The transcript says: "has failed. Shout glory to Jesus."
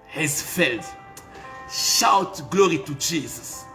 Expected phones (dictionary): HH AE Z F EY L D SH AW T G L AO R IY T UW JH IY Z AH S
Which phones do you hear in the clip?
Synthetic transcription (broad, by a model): HH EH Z F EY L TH SH AW T G L AO R IY T UW JH IY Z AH S